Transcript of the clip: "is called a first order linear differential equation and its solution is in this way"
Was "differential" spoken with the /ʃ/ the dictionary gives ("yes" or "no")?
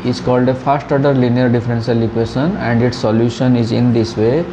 no